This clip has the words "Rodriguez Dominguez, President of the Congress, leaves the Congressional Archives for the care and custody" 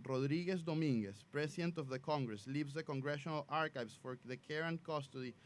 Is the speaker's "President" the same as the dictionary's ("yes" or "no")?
no